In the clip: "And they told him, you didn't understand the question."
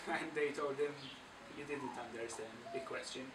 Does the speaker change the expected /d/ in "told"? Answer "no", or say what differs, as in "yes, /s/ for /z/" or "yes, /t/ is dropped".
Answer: no